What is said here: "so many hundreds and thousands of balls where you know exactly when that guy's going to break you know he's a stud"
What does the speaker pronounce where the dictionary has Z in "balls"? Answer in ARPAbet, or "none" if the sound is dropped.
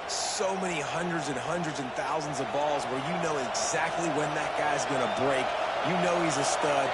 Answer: Z